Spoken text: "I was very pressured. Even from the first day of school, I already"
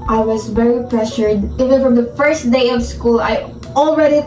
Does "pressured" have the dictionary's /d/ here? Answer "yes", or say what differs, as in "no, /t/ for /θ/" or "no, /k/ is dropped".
yes